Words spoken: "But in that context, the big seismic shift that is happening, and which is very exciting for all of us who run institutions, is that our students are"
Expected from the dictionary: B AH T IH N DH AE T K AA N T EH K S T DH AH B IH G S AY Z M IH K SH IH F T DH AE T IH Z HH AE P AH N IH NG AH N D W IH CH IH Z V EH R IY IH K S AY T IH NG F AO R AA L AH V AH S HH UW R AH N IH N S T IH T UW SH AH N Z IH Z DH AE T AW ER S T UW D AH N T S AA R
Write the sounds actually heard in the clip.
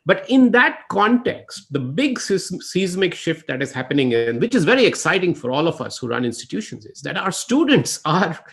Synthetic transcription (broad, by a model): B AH T IH N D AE T K AA N T EH K S T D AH B IH G S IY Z M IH K SH IH F T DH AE T IH Z HH AE P AH N IH NG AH N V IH CH IH Z V EH R IY IH K S AY T IH NG F AO R AA L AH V AH S HH UW R AH N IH N S T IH T UW SH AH N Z IH Z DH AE T AW ER S T UW D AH N T S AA R